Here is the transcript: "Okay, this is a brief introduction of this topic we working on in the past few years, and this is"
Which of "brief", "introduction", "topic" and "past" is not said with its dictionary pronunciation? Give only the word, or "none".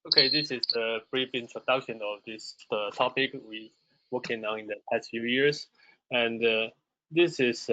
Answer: none